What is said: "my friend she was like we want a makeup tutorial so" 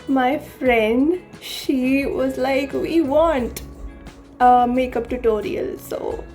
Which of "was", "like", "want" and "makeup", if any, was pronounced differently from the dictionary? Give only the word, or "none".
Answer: none